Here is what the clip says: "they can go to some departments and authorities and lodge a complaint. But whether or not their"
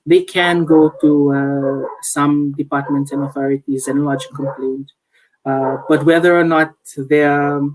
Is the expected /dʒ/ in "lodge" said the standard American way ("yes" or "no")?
yes